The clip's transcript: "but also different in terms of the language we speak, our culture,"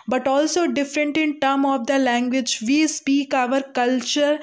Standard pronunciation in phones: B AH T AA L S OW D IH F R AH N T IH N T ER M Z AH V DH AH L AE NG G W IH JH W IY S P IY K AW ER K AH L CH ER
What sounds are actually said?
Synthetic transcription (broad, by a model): B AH T AA L S OW D IH F R AH N T IH N T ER M AH V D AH L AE NG G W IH JH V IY S P IY K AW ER K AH L CH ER